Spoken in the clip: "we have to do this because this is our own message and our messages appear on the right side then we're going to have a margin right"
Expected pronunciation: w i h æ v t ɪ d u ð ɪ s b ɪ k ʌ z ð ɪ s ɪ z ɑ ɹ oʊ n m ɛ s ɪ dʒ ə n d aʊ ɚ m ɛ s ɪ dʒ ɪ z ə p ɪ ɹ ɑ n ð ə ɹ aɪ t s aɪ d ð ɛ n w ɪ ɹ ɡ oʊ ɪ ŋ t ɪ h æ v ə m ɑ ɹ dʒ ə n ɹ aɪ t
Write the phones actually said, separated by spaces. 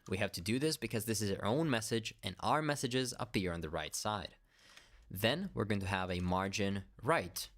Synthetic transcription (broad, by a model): w i h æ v t ɪ d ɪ ð ɪ s b ɪ k ʌ z ð ɪ s ɪ z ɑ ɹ oʊ n m ɛ s ɪ dʒ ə n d aʊ ɚ m ɛ s ɪ dʒ ɪ z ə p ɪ ɹ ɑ n ð ə ɹ aɪ t s aɪ d ð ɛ n w ɪ ɹ ɡ oʊ ɪ ŋ t ɪ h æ v ə m ɑ ɹ dʒ ə n ɹ aɪ t